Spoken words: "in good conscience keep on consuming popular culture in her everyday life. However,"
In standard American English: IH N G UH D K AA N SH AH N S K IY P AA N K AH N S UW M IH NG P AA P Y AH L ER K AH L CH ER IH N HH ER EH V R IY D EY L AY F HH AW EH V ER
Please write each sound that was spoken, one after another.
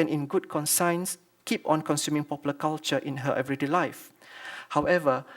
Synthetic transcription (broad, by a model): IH N G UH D K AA N S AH N S K IY P AA N K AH N S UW M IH NG P AA P Y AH L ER K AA L CH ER IH N HH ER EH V R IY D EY L AY F HH AW EH V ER